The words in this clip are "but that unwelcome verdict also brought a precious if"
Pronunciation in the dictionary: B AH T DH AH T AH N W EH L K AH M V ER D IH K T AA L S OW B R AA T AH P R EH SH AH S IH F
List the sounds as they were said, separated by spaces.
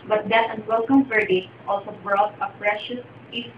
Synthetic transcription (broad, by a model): B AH T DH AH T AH N W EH L K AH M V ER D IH T AA L S OW B R AA T AH P R EH SH AH S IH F